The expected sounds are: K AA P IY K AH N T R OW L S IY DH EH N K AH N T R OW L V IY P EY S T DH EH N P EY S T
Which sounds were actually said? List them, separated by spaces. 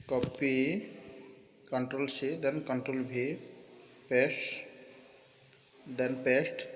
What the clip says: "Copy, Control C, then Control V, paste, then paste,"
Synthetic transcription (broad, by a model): K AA P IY K AH N T R OW L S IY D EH N K AH N T R OW L B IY P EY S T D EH N P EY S T